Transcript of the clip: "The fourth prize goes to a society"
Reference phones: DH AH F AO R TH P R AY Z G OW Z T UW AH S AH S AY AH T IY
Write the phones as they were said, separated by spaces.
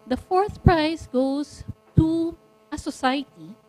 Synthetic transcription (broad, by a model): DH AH F AO R TH P R AY S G OW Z T UW AH S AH S AY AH T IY